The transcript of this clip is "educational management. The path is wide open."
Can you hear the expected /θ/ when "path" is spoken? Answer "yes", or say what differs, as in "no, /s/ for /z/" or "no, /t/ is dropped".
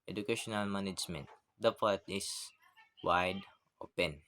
no, /t/ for /θ/